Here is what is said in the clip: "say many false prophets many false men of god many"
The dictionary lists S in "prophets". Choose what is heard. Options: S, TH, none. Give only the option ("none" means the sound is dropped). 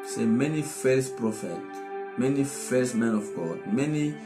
none